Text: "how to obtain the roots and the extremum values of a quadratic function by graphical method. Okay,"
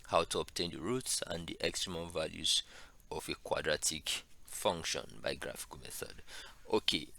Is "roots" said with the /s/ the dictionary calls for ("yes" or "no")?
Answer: yes